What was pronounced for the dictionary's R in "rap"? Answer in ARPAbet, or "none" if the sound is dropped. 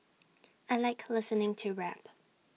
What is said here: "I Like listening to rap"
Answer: R